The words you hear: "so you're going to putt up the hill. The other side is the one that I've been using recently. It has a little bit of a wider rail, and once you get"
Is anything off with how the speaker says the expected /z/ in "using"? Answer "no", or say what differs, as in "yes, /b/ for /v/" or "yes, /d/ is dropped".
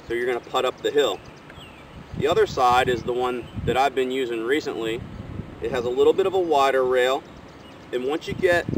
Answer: no